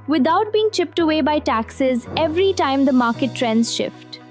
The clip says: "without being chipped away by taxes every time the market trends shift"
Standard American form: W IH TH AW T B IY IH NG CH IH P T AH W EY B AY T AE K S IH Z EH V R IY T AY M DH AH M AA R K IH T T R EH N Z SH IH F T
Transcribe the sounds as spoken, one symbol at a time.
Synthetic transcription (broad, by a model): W IH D AW T B IY IH NG CH IH P T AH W EY B AY T AE K S IH Z EH V R IY T AY M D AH M AA R K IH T T R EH N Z SH IH F T